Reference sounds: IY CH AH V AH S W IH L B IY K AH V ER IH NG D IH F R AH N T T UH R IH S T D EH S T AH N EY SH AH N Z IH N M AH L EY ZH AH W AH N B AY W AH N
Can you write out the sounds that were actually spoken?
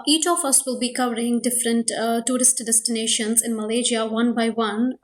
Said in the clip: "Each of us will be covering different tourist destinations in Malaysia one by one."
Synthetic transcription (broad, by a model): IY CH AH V AH S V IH L B IY K AH V ER IH NG D IH F R AH N T T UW R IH S T D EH S T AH N EY SH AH N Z IH N M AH L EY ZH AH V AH N B AY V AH N